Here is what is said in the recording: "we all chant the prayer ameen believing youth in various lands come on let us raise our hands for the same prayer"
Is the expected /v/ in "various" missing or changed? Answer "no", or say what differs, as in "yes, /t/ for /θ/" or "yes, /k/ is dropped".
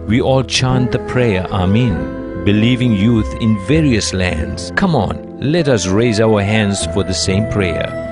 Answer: no